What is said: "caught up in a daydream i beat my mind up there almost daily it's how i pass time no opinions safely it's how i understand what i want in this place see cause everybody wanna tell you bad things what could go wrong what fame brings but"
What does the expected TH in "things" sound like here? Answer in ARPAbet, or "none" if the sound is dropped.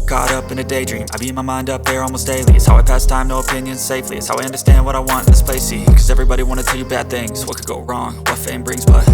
TH